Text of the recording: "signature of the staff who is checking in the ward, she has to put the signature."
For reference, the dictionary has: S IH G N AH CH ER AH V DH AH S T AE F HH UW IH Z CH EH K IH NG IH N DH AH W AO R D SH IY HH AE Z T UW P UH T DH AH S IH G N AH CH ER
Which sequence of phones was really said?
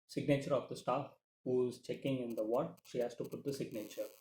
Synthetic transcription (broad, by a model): S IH G N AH CH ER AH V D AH S T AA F HH UW IH Z CH EH K IH NG IH N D AH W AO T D SH IY HH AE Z T UW P UH T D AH S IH G N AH CH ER